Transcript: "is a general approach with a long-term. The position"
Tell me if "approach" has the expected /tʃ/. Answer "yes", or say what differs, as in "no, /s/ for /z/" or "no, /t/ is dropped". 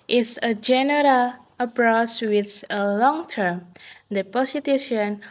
no, /s/ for /tʃ/